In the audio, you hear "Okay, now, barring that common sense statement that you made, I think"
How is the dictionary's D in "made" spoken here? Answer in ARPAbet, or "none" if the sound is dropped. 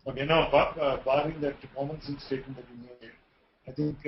none